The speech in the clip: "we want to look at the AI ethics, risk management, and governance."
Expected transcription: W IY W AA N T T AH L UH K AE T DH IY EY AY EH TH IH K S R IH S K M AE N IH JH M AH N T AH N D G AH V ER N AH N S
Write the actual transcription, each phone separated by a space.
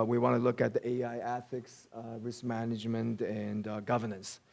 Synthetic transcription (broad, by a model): W IY W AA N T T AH L UH K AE T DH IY EY AY EH TH IH K S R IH S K M AE N IH JH M AH N T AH N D G AH V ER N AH N S